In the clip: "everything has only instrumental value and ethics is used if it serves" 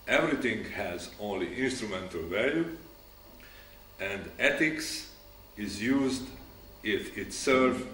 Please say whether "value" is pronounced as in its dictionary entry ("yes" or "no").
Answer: yes